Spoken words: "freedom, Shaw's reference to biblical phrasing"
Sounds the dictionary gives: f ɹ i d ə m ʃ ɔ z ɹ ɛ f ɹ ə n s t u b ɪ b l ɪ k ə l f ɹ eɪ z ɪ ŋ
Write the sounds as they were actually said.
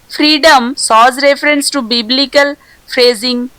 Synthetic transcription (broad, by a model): f ɹ i d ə m s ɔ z ɹ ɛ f ɹ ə n s t u b ɪ b l ɪ k ə l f ɹ eɪ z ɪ ŋ